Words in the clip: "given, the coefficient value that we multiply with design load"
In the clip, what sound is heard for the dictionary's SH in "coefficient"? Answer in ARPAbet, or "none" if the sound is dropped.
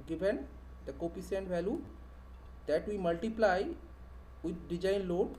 S